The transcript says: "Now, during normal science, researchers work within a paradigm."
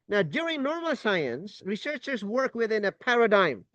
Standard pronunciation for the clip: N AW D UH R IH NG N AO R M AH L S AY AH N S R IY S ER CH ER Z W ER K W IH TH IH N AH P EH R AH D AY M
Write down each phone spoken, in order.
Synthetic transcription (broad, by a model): N AW D UH R IH NG N AO R M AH L S AY AH N S R IY S ER CH ER Z W ER K W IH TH IH N AH P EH R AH D AY M